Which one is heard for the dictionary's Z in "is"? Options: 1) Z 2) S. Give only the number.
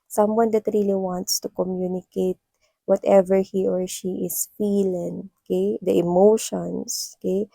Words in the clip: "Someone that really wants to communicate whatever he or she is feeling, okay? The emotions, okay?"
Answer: 2